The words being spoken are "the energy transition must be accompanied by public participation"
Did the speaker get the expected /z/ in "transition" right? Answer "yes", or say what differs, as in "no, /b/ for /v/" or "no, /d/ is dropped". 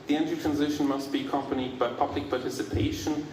yes